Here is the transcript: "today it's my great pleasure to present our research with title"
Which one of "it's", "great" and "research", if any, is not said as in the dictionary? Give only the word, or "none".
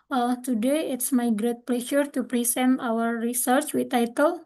none